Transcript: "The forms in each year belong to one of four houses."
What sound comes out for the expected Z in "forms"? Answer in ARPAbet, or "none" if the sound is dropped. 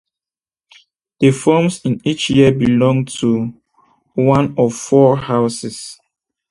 S